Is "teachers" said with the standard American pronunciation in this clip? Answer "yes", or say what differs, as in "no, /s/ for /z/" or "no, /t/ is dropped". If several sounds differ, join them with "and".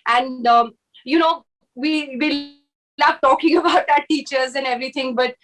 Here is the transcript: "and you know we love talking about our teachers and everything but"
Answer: yes